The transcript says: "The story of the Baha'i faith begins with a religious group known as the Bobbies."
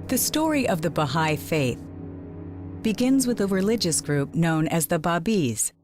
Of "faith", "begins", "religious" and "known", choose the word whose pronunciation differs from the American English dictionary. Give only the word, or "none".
none